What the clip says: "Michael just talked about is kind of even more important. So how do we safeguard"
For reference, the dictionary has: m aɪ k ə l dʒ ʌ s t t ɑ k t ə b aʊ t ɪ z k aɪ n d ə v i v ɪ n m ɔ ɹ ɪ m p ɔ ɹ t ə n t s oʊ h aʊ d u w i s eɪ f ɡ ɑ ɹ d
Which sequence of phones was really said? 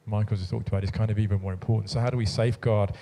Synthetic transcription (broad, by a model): m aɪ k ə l z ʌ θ ɑ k t ə b aʊ t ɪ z k aɪ n d ə v i v ɪ n m ɔ ɹ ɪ m p ɔ ɹ t n t s oʊ h aʊ d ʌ w i s eɪ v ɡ ɑ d